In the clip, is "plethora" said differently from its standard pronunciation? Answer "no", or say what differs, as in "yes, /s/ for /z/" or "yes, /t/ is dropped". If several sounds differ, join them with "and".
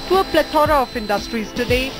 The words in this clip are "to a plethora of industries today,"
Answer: yes, /t/ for /θ/